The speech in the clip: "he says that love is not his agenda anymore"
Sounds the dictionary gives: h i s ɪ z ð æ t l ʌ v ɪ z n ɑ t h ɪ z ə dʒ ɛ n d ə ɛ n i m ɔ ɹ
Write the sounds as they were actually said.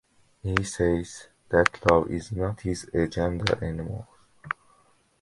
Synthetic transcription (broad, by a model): h i s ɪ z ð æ t l ʌ v ɪ z n ɑ t h ɪ z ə dʒ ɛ n d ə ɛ n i m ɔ l